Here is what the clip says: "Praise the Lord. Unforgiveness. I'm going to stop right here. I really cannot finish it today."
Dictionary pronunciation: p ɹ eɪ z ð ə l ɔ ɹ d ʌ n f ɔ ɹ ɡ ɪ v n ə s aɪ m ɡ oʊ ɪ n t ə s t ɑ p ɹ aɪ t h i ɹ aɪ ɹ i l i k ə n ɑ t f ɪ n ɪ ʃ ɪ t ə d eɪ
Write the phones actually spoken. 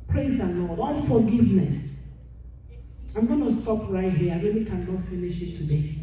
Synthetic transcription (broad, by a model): p ɹ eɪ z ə n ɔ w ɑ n f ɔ ɡ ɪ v n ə s aɪ m ɡ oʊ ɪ n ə s t ɑ p ɹ aɪ t h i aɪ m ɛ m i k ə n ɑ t f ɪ n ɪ ʃ ɪ t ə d eɪ